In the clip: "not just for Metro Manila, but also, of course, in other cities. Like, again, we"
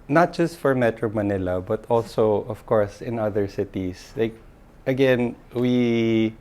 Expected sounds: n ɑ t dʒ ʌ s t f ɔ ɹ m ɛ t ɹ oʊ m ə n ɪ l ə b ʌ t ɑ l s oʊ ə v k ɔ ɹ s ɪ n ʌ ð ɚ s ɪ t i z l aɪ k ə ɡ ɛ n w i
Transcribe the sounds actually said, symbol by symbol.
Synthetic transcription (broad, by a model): n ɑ t dʒ ʌ s t f ɔ ɹ m ɛ t ɹ oʊ m ə n ɪ l ə b ʌ t ɑ l s oʊ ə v k ɔ ɹ s ɪ n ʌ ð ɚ s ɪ t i s l aɪ k ə ɡ ɛ n w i